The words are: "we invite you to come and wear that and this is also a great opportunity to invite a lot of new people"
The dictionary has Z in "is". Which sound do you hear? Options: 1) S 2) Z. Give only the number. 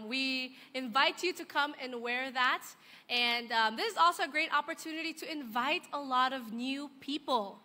2